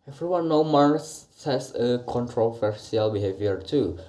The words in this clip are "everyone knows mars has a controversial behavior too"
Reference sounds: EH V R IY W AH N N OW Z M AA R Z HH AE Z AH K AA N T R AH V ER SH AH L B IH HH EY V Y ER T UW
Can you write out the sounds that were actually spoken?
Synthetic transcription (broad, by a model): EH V R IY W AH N N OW M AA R S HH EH S AH K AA N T R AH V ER S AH L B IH HH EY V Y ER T UW